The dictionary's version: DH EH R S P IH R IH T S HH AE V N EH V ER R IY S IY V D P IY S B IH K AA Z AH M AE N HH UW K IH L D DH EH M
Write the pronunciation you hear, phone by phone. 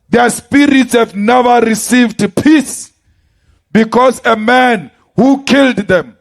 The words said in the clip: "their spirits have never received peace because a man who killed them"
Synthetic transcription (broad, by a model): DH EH S P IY R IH T S HH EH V N EH V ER R IY S IY V D P IY S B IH K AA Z AH M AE N HH UW K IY L D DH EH M